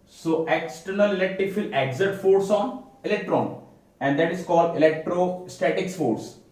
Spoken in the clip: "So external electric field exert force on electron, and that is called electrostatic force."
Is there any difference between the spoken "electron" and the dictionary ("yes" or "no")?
no